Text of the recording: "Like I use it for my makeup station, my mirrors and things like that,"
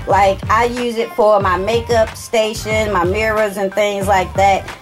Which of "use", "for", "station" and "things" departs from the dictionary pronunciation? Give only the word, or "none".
none